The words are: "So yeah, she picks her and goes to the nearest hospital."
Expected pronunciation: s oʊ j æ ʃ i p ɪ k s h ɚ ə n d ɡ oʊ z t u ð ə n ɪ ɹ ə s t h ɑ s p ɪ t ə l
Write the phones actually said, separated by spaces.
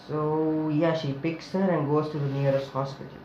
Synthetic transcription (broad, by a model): s oʊ j æ ʃ i p ɪ k s h ɚ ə n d ɡ oʊ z t u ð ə n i ɹ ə s t h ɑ s p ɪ t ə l